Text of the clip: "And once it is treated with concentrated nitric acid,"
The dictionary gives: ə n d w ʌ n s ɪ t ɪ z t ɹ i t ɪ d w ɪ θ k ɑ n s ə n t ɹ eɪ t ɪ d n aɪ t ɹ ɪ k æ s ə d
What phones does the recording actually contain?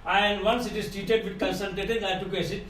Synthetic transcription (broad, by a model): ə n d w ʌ n s ɪ t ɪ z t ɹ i t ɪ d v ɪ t k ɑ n s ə l t eɪ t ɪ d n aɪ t ɪ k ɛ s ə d